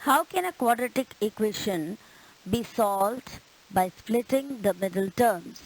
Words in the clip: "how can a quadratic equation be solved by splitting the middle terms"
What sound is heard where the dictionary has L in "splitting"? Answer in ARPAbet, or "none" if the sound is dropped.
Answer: L